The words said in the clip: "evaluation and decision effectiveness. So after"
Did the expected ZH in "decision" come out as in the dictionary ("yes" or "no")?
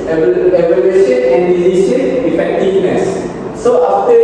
no